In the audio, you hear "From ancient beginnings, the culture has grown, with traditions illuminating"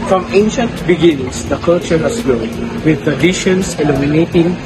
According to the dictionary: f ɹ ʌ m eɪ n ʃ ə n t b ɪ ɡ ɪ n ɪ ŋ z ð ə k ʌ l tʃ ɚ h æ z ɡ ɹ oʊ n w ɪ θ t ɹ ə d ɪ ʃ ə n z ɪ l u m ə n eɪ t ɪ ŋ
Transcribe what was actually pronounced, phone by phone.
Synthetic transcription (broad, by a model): f ɹ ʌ m eɪ n ʃ ə n t b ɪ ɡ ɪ n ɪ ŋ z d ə k ʌ l tʃ ɚ h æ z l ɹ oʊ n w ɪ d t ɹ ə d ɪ ʃ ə n s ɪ l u m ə n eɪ t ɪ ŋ